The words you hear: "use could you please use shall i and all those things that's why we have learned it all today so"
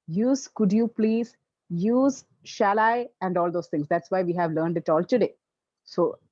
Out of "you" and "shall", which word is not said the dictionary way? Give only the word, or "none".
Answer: none